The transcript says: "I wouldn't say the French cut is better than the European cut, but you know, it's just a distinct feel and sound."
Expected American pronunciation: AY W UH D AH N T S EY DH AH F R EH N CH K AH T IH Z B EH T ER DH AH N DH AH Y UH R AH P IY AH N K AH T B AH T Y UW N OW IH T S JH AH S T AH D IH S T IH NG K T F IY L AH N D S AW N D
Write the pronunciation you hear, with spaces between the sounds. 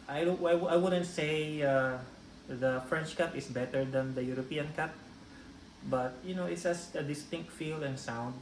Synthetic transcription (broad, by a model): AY W UH D AH N T S EY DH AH F R EH N CH K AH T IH S B EH T ER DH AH N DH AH Y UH R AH P IY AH N K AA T B AH T Y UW N OW IH T S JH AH S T AH D IH S T IH NG K T F IY L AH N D S AW N D